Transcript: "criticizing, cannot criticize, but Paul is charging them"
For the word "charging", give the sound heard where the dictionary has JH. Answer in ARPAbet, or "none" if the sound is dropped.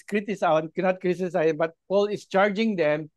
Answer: JH